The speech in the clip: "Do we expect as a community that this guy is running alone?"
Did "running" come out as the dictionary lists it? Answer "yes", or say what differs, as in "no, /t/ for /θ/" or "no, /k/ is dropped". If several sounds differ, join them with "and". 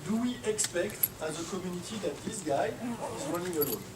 no, /w/ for /ɹ/